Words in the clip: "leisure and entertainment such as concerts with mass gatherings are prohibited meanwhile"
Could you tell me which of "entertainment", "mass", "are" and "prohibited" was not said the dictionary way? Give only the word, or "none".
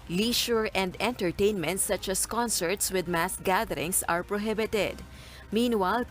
none